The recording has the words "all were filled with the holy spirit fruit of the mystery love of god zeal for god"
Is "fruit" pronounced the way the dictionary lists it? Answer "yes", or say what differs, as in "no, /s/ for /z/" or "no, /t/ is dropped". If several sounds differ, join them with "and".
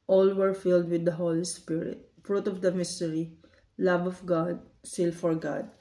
yes